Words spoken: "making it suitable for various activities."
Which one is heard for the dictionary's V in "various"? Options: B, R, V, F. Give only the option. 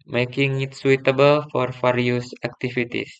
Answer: F